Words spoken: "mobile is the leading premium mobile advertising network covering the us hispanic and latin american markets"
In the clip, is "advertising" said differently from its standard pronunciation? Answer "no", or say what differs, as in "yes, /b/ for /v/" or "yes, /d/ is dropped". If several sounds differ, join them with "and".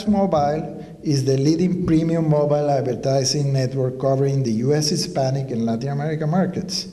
yes, /s/ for /z/